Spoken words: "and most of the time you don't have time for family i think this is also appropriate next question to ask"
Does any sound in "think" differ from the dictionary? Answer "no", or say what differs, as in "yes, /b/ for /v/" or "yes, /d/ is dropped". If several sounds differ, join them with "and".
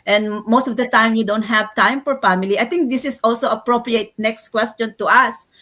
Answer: yes, /t/ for /θ/